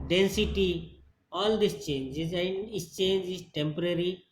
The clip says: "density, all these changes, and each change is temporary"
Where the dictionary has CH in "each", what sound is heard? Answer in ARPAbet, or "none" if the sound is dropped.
S